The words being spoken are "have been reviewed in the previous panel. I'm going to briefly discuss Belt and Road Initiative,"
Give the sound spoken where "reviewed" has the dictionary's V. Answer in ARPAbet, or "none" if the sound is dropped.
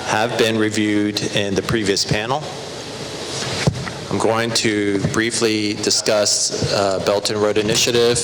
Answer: V